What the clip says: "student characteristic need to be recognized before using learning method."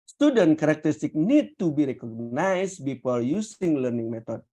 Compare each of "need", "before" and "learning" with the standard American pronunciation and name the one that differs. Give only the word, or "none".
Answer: before